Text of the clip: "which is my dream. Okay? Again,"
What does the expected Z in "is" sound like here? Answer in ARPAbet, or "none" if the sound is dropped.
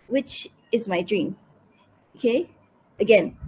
Z